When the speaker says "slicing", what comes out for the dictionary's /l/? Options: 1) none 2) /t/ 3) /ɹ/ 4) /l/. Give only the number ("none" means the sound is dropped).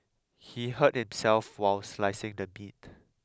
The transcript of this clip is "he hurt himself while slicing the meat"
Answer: 4